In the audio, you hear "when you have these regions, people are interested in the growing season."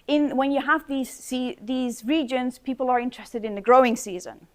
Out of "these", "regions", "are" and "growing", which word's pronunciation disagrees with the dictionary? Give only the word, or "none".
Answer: none